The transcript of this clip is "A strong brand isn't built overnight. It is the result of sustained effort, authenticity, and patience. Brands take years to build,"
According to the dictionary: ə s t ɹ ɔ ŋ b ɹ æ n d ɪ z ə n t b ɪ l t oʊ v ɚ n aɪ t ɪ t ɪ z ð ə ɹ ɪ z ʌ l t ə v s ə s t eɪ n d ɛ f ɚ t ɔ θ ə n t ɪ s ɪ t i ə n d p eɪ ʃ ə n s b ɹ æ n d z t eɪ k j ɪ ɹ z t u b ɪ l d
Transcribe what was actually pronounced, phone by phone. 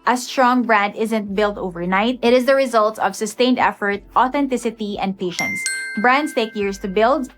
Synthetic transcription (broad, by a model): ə s t ɹ ɔ ŋ b ɹ æ n d ɪ z ə n t b ɪ l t oʊ v ɚ n aɪ t ɪ t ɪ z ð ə ɹ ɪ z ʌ l t ə v s ə s t eɪ n d ɛ f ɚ t ɔ θ ə n t ɪ s ɪ t i ə n d p eɪ ʃ ə n s b ɹ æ n d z t eɪ k j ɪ ɹ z t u b ɪ l d